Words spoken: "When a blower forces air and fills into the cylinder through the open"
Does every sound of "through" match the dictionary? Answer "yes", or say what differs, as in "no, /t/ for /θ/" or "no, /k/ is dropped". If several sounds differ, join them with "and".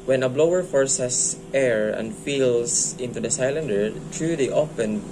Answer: no, /t/ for /θ/